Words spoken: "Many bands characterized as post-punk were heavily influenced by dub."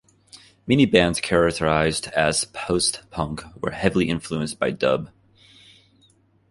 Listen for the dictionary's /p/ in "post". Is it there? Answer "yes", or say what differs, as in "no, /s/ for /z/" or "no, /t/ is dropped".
yes